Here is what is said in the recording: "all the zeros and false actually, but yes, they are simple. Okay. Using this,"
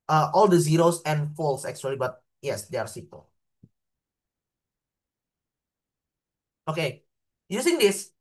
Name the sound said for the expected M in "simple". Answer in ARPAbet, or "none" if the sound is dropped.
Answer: none